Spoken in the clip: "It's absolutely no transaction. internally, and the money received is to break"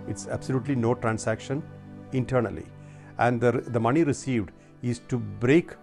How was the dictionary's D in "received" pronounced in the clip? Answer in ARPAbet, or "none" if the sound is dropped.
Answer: D